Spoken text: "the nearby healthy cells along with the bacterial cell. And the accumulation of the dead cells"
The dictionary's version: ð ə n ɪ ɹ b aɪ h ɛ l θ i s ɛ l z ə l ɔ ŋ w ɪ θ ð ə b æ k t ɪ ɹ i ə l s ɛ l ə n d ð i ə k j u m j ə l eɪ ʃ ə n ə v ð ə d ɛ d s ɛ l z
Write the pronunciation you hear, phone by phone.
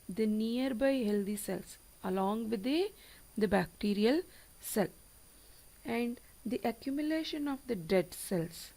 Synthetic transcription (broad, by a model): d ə n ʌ ɹ b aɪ h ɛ l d i s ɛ l s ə l ɔ ŋ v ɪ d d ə b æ k t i ɹ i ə l s ɛ l ə n d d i ə k j u m j ə l eɪ ʃ ə n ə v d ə d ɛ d s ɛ l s